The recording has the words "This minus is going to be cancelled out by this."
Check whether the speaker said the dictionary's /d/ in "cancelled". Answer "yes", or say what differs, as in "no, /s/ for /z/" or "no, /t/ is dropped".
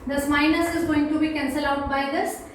no, /d/ is dropped